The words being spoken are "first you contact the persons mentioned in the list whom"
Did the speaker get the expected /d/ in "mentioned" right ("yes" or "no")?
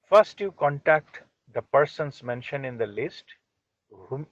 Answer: no